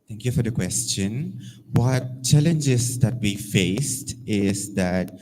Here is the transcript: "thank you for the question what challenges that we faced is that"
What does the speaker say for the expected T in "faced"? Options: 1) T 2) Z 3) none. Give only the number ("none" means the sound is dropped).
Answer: 1